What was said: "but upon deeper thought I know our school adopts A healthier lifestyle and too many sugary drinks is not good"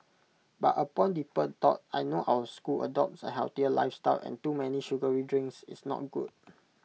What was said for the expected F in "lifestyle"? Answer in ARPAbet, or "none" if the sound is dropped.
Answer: F